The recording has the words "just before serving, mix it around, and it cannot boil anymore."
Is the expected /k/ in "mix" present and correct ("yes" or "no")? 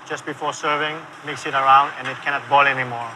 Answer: yes